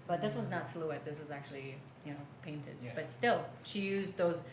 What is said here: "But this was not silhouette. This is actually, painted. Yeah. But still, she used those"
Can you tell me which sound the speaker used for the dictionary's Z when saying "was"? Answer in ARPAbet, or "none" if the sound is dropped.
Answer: Z